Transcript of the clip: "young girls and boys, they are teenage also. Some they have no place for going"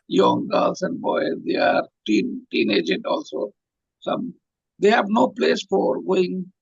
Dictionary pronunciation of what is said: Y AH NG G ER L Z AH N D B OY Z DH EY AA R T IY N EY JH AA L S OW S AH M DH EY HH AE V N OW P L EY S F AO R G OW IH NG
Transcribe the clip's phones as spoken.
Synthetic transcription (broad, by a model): Y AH NG G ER L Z AH N D B OY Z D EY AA R T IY N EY JH AA L S OW S AH M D EY HH AE V N OW P L EY S F AO R G OW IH NG